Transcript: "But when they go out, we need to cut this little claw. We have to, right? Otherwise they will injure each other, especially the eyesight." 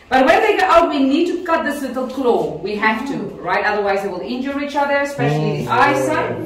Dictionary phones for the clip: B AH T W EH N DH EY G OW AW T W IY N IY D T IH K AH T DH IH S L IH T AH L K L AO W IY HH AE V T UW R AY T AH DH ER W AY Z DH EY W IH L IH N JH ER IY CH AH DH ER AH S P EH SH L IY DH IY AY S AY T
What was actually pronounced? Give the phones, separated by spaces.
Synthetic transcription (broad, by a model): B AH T W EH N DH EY G OW AW T W IY N IY D T IH K AH T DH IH S L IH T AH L K L AO W IY HH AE F T UW R AY T AH DH ER W AY Z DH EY W IH L IH N JH ER IY CH AH DH ER AH S P EH SH L IY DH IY AY S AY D